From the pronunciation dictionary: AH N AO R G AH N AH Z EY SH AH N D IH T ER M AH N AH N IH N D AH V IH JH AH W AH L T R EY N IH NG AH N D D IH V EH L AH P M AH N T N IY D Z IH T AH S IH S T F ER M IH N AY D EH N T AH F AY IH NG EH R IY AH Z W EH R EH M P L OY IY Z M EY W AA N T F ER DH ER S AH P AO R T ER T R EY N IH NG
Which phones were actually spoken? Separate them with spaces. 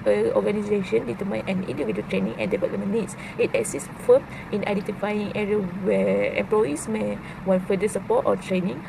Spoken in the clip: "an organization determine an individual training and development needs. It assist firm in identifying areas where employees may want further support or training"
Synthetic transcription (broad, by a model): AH AO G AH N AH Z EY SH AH N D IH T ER M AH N AH N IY N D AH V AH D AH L T R EY N IH NG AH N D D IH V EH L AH M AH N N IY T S IH T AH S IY S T F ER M IH N AY D EH N T AH F AY IH NG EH R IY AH W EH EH M P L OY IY S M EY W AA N F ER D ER S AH P AO T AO T R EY N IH NG